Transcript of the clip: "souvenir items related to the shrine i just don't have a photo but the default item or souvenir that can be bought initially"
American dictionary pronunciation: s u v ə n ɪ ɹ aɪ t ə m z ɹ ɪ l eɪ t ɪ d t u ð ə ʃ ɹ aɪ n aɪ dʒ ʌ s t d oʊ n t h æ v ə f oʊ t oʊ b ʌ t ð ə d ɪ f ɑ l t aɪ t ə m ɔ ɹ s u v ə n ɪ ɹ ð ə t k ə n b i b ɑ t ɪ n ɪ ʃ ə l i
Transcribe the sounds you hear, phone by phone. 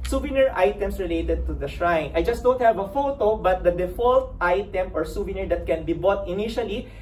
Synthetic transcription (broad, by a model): s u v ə n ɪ ɹ aɪ t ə m s ɹ ɪ l eɪ t ɪ d t u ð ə ʃ ɹ aɪ n aɪ dʒ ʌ s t d oʊ n t h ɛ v ə f oʊ t oʊ b ʌ t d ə d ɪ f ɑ l t aɪ t ə m ɔ ɹ s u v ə n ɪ ɹ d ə t k ə n b i b ɑ t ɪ n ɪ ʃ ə l i